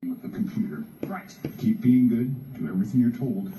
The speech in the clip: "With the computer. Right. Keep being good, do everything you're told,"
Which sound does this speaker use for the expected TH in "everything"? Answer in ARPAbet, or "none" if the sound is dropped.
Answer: TH